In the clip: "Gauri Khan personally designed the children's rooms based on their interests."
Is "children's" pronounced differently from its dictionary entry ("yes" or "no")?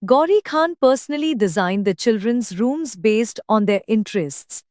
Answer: no